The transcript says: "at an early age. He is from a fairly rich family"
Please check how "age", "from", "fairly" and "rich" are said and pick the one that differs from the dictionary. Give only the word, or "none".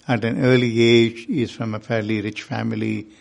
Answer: none